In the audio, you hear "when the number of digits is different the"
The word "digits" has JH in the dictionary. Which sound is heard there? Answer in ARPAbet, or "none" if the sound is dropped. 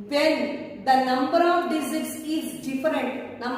Z